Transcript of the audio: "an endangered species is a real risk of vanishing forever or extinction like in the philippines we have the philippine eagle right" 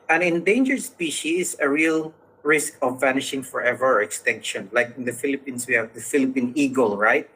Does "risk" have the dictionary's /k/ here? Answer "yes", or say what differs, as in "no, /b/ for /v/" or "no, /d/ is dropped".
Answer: yes